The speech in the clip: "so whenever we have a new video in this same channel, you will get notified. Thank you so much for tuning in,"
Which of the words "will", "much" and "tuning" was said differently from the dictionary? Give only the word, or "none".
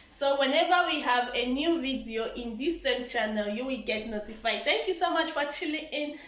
tuning